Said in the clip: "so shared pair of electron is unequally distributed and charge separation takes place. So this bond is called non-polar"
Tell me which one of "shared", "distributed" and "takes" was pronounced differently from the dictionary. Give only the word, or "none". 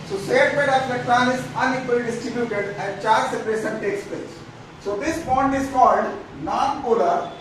shared